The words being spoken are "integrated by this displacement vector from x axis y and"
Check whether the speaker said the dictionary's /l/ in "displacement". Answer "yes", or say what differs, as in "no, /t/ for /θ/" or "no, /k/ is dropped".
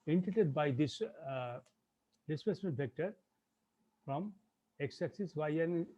no, /l/ is dropped